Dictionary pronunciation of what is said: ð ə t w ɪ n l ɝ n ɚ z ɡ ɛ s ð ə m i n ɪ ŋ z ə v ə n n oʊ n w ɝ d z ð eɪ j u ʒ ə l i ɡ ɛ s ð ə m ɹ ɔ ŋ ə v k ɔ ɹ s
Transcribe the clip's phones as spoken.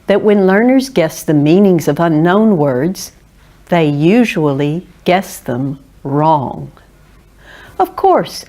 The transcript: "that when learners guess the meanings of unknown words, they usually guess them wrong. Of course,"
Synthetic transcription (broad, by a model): ð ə t w ɪ n l ɝ n ɚ z ɡ ɛ s ð ə m i n ɪ ŋ z ə v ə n n oʊ n w ɝ d z ð eɪ j u ʒ ə l i ɡ ɛ s ð ə m ɹ ɔ ŋ ə v k ɔ ɹ s